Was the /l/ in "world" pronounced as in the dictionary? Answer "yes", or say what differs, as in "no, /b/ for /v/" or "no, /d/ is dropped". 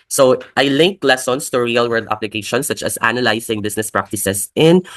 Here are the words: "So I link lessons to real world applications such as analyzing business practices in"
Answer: no, /l/ is dropped